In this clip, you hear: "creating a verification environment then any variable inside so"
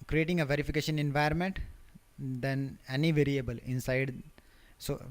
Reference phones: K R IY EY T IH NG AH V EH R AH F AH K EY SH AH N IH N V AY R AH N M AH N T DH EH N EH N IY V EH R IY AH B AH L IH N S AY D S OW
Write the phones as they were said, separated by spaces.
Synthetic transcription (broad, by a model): K R IY EY T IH NG AH V EH R AH F AH K EY SH AH N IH N V AY AH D M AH N T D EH N EH N IY V EH R IY AH B AH L IH N S AY D S OW